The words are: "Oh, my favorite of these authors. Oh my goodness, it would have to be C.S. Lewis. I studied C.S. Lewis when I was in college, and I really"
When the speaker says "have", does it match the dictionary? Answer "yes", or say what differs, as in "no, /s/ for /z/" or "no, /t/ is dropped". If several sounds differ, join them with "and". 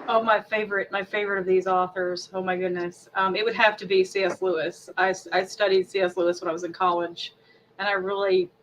no, /f/ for /v/